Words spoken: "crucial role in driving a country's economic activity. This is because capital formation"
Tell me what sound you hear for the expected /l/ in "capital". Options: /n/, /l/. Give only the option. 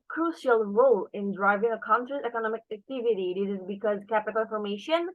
/n/